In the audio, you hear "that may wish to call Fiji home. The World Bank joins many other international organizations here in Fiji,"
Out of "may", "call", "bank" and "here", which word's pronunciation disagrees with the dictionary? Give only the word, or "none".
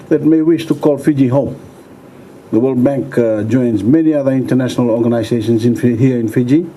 none